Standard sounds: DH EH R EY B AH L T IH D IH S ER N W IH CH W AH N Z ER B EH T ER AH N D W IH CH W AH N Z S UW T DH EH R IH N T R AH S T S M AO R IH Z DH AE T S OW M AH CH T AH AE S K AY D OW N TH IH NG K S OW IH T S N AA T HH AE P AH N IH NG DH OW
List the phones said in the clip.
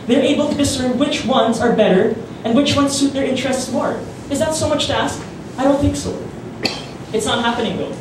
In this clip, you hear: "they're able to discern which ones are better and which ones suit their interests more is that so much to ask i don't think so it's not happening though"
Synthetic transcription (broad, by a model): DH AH R EY B AH L T IH D IH S ER N W IH CH W AH N Z ER B EH T ER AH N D W IH CH W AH N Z S UW T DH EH R IH N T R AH S T S M AO R IH Z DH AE T S OW M AH CH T AE S K AY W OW L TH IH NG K S OW IH T S N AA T HH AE P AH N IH NG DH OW